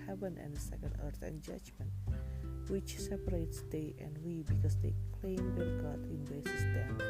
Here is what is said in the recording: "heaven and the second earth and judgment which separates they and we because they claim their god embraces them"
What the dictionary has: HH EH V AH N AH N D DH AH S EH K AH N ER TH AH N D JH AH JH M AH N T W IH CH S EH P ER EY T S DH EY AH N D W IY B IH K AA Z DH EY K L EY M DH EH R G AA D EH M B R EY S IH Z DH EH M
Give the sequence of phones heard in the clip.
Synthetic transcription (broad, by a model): HH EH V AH N AH N D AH S EH K AH N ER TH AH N JH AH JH M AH N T W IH CH S EH P ER EY T S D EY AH N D W IY B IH K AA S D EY K L EY M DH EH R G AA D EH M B EY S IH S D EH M